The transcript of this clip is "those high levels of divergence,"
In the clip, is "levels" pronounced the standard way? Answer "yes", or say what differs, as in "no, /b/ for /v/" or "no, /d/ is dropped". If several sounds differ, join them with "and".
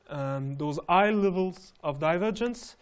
yes